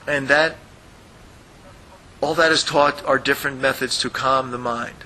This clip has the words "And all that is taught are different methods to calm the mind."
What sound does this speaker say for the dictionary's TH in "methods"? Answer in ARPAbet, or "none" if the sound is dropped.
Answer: TH